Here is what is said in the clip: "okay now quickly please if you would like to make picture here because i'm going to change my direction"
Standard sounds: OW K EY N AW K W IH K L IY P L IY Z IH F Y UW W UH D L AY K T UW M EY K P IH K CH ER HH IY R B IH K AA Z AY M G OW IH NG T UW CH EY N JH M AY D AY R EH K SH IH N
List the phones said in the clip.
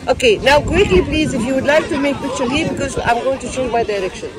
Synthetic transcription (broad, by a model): OW K EY N AW K W IH K L IY P L IY Z IH F Y UW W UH D L AY K T UW M EY K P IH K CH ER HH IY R B IH K AA Z AY M G OW IH NG T UW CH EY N M AY D AY R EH K SH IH N